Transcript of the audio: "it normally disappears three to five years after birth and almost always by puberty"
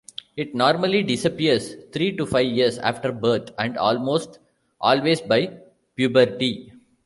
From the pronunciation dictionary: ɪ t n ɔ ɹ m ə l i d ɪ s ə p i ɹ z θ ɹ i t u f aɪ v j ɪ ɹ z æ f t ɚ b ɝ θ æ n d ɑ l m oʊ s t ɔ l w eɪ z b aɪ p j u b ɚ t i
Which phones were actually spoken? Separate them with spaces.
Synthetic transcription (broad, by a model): ɪ t n ɔ ɹ m ə l i d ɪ s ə p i ɹ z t ɹ i t u f aɪ v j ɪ ɹ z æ f t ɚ b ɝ t æ n d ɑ l m oʊ s t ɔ l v eɪ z b aɪ p j u b ɚ t i